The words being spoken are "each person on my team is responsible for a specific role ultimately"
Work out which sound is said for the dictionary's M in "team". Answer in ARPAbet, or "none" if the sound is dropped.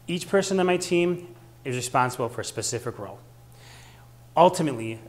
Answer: M